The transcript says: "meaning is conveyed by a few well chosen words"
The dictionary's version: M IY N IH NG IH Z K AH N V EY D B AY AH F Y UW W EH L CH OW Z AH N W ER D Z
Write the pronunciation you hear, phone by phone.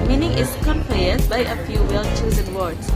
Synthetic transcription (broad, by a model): M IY N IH NG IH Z K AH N P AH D B AY AH F Y UW W EH L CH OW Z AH N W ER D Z